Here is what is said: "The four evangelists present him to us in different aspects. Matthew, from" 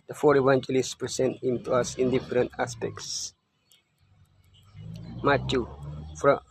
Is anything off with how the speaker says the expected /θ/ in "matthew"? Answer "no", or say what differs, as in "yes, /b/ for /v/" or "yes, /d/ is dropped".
yes, /t/ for /θ/